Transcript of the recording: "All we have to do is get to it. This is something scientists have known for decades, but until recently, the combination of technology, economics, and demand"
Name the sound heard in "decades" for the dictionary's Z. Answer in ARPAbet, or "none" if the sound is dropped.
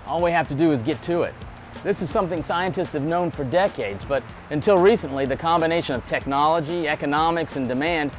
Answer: Z